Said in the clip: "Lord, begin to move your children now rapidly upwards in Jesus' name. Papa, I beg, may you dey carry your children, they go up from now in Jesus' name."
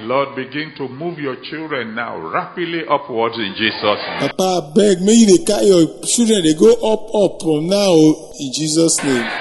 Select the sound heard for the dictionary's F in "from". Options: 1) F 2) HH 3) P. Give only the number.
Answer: 3